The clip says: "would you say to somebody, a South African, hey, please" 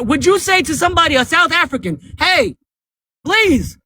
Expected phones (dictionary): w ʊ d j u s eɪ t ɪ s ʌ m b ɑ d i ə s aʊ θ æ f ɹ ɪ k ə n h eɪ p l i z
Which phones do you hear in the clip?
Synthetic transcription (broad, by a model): w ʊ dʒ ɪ s eɪ t ɪ s ʌ m b ɑ d i ə s aʊ θ æ f ɹ ɪ k ə n h eɪ p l i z